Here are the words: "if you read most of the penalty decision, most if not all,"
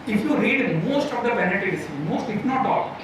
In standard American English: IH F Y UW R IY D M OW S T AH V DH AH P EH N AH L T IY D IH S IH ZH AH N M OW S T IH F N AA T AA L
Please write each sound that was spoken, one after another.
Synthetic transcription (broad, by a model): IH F Y UW R IY D M OW S T AH V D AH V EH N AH T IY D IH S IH M OW S T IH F N AA T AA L